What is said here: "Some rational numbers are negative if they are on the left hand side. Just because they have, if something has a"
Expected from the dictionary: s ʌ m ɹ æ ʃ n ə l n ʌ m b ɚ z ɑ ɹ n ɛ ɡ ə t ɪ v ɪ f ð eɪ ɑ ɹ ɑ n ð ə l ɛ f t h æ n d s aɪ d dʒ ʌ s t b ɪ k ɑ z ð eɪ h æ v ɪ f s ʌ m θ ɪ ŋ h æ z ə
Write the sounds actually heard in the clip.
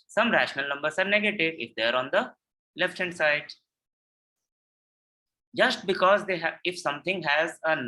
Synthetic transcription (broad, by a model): s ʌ m ɹ æ ʃ n ə l n ʌ m b ɚ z ɑ ɹ n ɛ ɡ ə t ɪ v ɪ f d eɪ ɑ ɹ ɑ n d ə l ɛ f t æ n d s aɪ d dʒ ʌ s t b ɪ k ɑ z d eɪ h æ ɪ f s ʌ m t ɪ ŋ h æ z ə